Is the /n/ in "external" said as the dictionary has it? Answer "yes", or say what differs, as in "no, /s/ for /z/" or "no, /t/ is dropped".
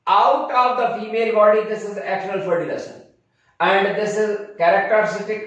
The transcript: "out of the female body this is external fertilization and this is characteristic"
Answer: no, /n/ is dropped